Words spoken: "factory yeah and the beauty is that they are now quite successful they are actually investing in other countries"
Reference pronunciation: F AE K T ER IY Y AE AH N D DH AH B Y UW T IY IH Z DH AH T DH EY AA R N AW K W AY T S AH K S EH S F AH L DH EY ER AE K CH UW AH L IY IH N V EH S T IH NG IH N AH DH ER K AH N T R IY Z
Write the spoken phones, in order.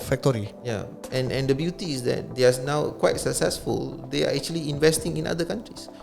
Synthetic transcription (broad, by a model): F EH K T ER IY Y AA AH N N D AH B Y UW T IY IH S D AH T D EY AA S N AW K W AY T S AH K S EH S F AH L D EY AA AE K CH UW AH L IY IH N V EH S T IH NG IH N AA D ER K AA N T R IY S